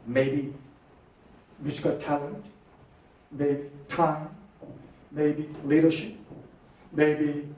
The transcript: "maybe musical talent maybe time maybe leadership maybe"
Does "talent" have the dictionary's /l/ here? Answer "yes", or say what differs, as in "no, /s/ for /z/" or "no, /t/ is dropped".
yes